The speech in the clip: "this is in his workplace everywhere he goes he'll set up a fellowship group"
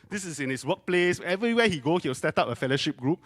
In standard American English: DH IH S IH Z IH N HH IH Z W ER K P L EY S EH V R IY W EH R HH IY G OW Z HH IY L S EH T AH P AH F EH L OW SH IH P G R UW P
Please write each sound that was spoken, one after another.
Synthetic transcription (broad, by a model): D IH S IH S IH N HH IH S W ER K P L EY S EH V R IY W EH HH IY G OW S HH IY W S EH T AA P AH F EH L OW SH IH P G R UW P